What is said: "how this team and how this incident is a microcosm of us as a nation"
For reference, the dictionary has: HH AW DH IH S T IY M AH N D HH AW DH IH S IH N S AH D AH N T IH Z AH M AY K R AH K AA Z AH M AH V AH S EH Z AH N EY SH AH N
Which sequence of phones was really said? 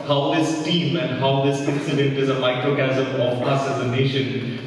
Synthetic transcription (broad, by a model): HH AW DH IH S T IY M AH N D HH AW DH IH S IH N S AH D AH N T IH Z AH M AY K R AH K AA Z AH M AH P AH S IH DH AH N EY SH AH N